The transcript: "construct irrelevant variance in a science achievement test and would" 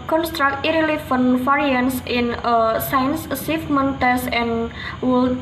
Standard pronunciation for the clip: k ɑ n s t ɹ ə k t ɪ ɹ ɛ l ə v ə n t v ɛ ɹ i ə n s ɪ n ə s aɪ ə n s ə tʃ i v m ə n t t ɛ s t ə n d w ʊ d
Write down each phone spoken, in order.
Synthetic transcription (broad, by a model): k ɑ n s t ɹ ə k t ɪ ɹ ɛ l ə f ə n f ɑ ɹ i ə n s ɪ n ə s aɪ ə n s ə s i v m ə n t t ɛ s ə n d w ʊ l